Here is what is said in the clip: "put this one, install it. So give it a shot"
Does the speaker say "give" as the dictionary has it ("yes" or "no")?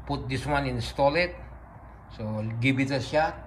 no